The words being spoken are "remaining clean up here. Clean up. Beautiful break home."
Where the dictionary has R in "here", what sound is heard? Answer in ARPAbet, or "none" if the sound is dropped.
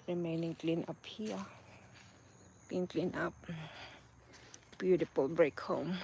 L